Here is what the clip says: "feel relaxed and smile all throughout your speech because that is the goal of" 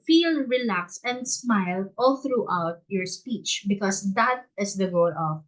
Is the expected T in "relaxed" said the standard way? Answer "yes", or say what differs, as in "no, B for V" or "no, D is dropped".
no, T is dropped